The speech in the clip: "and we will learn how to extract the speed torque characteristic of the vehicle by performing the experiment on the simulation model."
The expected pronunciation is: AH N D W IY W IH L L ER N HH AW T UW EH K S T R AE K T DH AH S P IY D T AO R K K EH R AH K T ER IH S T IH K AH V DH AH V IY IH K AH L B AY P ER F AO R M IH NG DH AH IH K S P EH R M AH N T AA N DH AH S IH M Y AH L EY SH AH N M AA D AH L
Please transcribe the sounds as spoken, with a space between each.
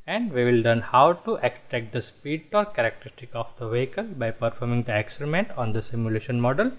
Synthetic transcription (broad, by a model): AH N D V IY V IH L L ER N HH AW T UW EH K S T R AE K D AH S P IY D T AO R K K EH R AH K T ER IH S T IH K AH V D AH V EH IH K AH L B AY P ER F AO R M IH NG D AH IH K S EH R M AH N T AA N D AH S IH M Y AH L EY SH AH N M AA D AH L